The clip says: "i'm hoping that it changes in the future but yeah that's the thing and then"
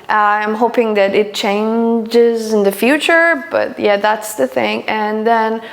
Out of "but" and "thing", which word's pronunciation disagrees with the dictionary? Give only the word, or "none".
none